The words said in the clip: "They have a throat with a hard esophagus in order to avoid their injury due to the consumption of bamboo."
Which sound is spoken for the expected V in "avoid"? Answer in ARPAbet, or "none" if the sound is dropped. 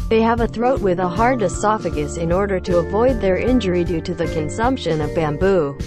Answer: V